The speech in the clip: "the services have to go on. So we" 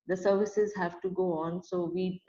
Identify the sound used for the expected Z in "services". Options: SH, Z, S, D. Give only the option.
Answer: Z